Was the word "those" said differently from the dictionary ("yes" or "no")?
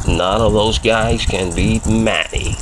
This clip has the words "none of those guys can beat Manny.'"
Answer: no